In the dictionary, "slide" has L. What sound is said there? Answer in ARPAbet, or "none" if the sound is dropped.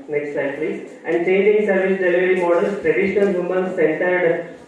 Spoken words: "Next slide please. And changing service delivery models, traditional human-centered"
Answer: none